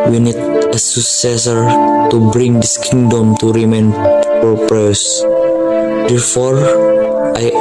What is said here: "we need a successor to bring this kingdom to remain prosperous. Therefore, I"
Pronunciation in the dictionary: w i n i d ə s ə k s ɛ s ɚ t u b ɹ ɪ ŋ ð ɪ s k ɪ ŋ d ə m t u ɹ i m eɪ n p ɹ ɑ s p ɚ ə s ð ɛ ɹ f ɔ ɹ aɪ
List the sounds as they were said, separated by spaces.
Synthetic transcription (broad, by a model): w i n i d ə s ə k s ɛ s ɚ t u b ɹ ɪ ŋ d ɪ s k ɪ ŋ d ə m t u ɹ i m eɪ n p ɑ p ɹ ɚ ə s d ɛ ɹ f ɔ ɹ aɪ